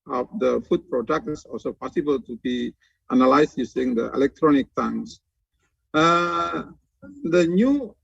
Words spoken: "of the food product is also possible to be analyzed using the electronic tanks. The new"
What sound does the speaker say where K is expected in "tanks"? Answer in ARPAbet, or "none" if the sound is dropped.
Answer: none